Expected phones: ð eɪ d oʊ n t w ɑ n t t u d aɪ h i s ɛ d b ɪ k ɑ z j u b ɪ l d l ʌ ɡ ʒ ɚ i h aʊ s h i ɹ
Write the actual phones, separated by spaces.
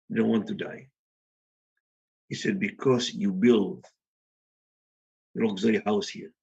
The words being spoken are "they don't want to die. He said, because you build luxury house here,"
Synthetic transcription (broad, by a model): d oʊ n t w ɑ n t t u d aɪ h i s ɛ d b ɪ k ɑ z j u b ɪ l d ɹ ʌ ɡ z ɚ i h aʊ s h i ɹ